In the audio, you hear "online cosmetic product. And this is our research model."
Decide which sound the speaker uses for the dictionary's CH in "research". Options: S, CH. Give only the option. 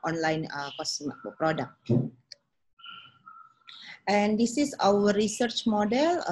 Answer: CH